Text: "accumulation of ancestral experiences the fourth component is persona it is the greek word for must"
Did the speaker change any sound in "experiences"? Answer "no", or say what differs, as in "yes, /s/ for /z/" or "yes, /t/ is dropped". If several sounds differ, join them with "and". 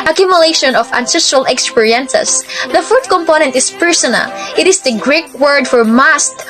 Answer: yes, /s/ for /z/